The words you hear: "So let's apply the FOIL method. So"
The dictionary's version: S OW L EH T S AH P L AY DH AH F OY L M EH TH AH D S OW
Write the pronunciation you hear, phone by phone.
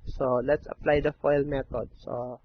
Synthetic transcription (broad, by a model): S OW L EH T S AH P L AY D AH F OY L M EH T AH D S OW